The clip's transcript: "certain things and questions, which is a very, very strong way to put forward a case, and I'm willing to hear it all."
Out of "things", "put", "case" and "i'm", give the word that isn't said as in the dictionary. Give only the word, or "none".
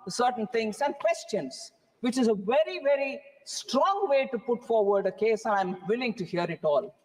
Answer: things